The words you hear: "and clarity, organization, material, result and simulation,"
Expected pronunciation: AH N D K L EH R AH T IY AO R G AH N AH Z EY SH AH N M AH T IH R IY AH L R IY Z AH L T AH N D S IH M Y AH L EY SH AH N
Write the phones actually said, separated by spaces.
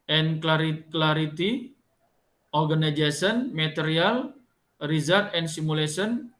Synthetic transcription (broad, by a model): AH N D K L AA R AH T IY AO R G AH N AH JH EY S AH N M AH T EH R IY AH L R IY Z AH T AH N S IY M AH L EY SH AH N